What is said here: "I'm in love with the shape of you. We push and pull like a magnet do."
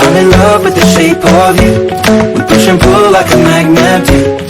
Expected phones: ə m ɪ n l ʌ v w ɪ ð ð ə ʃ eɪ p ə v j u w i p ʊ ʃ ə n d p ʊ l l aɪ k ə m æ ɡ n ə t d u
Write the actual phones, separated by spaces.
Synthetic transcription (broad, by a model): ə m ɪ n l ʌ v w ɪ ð ð ə ʃ eɪ p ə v j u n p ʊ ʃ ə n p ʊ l l aɪ k ə m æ ɡ n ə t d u